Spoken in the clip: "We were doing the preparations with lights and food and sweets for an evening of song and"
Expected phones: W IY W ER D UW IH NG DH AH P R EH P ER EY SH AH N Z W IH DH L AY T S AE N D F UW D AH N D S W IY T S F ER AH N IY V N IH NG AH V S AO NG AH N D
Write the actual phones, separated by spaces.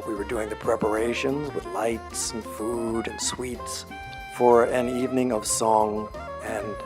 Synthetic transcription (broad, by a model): W IY W ER D UW IH NG DH AH P R EH P ER EY SH AH N Z W IH DH L AY T S N F UW D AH N S W IY T S F ER AH N IY V N IH NG AH V S AO NG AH N